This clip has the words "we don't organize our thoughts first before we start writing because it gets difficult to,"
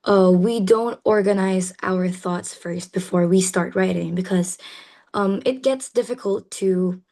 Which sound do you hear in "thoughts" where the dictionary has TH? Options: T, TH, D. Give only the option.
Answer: TH